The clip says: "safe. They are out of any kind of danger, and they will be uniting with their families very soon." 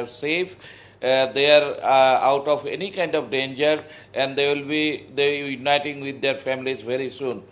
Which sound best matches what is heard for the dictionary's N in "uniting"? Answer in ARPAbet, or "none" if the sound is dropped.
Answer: N